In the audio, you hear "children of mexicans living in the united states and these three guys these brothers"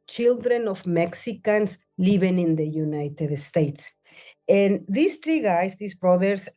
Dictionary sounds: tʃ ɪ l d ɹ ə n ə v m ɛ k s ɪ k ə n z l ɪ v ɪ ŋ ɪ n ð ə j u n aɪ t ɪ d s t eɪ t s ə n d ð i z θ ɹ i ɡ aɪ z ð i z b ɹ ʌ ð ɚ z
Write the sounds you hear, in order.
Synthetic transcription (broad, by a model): tʃ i l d ɹ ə n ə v m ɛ k s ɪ k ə n s l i b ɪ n ɪ n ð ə j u n aɪ t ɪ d s t eɪ t s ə n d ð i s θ ɹ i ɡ aɪ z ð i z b ɹ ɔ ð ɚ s